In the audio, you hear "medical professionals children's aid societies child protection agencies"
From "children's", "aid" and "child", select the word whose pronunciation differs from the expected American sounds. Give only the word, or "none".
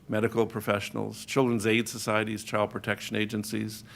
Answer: none